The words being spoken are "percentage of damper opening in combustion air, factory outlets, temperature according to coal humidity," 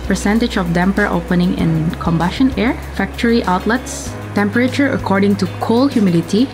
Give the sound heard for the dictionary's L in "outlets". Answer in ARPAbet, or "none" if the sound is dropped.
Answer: L